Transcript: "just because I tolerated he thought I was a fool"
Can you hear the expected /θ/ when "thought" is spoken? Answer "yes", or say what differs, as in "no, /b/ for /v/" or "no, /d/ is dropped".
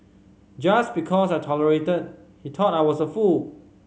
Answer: no, /t/ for /θ/